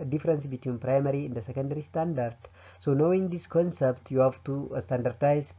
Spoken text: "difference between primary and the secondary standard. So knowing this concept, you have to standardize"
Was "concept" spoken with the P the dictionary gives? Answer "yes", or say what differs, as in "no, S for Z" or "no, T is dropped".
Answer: yes